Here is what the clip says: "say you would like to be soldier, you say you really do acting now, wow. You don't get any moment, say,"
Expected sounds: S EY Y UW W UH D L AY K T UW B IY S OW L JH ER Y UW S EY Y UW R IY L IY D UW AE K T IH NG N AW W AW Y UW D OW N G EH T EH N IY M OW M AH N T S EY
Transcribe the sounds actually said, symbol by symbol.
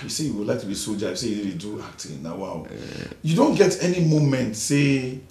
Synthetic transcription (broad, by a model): S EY Y UW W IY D L AY K T UW B IY S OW JH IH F S EY Y UW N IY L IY D UW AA K T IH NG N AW W AW Y UW D OW N G EH T EH N IY M OW M AH N T S EY